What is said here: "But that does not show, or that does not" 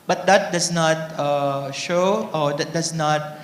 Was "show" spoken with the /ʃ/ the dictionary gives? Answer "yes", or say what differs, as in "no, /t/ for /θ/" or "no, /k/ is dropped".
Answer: yes